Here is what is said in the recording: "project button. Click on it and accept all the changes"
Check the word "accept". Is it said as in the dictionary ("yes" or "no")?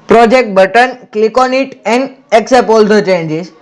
no